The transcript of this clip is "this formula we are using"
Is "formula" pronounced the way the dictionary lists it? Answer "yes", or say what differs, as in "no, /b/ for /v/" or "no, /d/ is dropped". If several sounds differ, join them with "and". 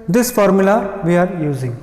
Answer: yes